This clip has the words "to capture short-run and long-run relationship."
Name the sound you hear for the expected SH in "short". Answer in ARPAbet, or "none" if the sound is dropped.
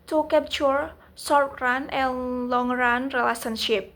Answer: S